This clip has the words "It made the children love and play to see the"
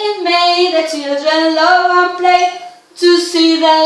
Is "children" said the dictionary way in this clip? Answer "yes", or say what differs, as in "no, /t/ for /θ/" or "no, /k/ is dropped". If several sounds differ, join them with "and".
no, /l/ is dropped